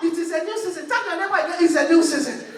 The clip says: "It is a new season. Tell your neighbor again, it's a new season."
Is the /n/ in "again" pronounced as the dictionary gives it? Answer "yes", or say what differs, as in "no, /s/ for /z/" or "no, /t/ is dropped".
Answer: no, /n/ is dropped